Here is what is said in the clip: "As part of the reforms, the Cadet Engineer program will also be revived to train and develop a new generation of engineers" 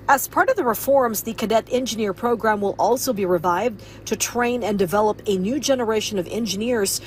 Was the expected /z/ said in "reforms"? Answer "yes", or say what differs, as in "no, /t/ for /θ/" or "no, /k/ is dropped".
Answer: yes